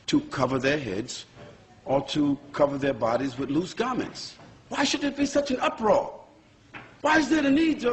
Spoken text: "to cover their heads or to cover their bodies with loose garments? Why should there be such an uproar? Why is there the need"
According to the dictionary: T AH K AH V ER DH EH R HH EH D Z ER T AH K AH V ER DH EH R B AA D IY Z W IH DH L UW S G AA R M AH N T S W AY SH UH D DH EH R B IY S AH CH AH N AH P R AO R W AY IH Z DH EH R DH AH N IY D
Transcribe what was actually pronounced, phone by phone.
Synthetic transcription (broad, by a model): T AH K AH V ER DH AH R HH EH D Z ER T AH K AH V ER DH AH R B AA D IY Z W IH DH L UW S G AA R M AH N T S W AY SH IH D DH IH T B IY S AH CH AH N AH P R AO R W AY IH Z DH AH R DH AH N IY D